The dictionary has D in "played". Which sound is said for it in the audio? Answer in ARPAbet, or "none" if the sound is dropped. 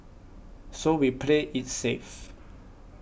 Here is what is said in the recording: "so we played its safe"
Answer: none